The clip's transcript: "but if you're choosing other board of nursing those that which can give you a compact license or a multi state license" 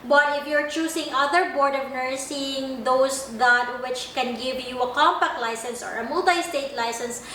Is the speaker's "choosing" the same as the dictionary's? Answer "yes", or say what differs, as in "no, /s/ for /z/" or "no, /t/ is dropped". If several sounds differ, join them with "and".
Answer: no, /s/ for /z/